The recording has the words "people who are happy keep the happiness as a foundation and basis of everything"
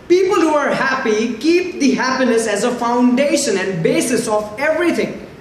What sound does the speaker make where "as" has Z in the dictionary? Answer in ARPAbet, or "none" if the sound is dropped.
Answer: Z